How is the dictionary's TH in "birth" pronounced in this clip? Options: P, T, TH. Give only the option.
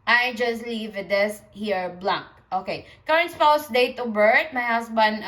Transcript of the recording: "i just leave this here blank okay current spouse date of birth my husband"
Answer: T